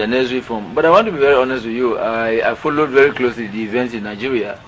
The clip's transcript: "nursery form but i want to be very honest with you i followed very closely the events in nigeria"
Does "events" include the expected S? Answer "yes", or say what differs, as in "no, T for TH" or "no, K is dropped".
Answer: yes